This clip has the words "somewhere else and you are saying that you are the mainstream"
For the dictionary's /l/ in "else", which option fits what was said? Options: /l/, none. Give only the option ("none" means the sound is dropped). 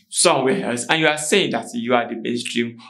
none